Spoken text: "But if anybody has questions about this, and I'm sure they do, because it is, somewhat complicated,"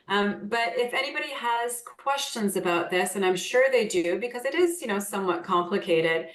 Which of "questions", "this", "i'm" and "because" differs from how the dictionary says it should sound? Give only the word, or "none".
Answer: none